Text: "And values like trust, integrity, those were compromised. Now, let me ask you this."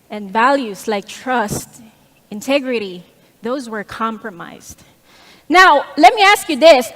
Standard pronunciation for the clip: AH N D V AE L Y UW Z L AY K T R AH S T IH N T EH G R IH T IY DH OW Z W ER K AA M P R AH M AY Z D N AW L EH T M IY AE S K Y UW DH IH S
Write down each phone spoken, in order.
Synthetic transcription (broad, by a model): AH N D V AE L Y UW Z L AY K T R AH S T IH N T EH G R IH T IY DH OW Z W ER K AA M P R AH M AY Z D N AW L EH T M IY AE S K Y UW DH IH S